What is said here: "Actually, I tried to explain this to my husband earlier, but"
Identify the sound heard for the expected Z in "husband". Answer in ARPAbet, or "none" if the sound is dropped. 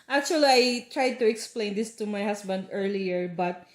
S